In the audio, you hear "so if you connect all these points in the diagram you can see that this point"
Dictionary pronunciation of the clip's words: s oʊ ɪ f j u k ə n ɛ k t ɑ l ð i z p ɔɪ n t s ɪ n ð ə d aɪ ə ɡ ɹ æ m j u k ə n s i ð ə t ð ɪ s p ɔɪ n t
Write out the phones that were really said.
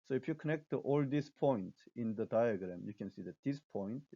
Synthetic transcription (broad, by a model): s oʊ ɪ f j u k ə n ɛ k t ɑ l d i s p ɔɪ n t ɪ n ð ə d aɪ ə ɡ ɹ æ m j u k ə n s i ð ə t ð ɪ s p ɔɪ n t